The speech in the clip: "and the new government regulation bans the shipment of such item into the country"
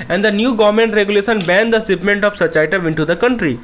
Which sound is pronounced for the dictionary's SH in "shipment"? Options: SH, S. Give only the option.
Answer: S